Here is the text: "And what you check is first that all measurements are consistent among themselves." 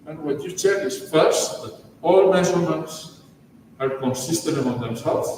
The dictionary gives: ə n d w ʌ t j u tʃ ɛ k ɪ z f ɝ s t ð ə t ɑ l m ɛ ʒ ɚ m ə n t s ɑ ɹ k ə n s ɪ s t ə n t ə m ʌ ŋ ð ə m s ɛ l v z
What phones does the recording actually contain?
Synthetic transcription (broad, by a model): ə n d w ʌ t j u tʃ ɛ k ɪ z f ɝ s t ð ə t ɑ l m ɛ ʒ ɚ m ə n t s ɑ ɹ k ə n s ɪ s t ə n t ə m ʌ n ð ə m s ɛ l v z